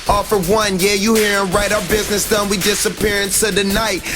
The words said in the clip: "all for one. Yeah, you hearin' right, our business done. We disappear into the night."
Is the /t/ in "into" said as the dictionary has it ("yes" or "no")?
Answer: no